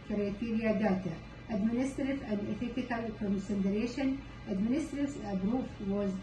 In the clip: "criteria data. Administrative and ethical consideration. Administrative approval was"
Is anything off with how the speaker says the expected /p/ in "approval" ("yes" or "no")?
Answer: yes